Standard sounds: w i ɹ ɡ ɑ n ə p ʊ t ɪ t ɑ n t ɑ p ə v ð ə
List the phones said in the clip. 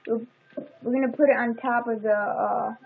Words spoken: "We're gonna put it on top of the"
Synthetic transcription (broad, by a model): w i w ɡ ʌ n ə p ʊ t ɪ t n t ɑ p ə v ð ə